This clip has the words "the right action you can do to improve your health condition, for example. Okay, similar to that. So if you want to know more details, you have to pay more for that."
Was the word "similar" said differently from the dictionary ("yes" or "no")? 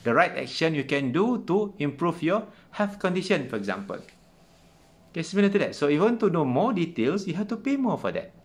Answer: yes